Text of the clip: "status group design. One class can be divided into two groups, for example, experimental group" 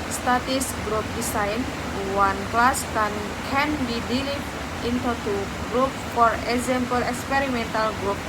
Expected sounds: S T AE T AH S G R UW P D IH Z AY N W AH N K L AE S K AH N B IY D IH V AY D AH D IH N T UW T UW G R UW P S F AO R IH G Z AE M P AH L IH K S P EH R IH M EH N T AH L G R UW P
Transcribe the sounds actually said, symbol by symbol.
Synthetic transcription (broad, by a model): S T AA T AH S G R UW P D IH S AY N W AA N K L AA S K AH N B IY D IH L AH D IH N T UW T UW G R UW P F AO R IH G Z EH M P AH L IH K S P EH R IH M EH N T AH L G R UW P